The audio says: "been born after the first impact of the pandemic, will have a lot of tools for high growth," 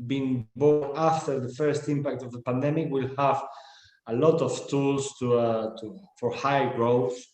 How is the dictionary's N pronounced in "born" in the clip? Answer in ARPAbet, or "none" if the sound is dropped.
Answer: none